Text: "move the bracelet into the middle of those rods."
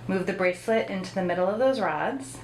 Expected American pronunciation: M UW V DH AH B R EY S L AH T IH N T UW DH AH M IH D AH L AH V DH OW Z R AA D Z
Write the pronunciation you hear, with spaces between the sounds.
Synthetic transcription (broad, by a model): M UW V DH AH B R EY S L AH T IH N T UW DH AH M IH D L AH V DH OW Z R AA D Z